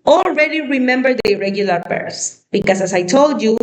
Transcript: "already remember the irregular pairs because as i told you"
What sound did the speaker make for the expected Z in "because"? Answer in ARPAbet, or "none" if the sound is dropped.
S